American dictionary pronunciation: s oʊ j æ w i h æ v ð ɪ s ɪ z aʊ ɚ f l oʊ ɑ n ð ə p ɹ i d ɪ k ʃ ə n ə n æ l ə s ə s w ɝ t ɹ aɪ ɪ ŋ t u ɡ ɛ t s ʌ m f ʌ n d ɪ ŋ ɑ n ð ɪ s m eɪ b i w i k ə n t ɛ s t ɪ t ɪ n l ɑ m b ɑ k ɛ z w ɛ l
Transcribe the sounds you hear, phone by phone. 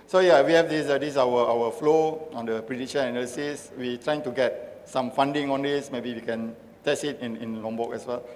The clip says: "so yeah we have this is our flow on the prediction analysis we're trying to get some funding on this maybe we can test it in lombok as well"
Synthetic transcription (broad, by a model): s oʊ j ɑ w i h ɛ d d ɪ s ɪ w aʊ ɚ f l oʊ ɑ n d ə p ɹ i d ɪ ʃ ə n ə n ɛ l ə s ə s w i t ɹ aɪ ɪ ŋ t u ɡ ɛ t s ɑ m f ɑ n d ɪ ŋ ɑ n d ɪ s m eɪ b i w i k ə n t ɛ s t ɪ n ɪ n l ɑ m b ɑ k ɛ s w ɛ l